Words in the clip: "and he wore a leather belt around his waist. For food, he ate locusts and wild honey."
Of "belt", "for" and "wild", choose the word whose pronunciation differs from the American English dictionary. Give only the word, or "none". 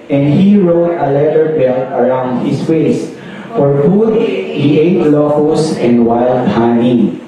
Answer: belt